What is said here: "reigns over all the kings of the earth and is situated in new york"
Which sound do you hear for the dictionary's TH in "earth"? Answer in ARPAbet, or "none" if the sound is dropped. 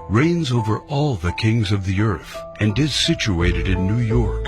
TH